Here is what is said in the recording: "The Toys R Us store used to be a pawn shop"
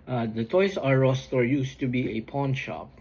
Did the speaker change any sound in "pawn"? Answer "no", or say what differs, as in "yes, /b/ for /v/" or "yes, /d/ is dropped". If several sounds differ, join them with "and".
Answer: no